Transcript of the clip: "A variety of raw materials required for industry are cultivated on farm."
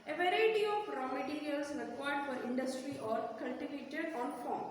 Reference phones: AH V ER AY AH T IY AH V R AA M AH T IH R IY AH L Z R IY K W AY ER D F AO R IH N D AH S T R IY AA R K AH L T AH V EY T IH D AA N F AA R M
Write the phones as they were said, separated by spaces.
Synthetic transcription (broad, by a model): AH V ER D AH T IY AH P R AA M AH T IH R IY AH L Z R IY K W AY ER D F AO R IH N D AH S T R IY AA R K AH L T AH V EY T IH D AA N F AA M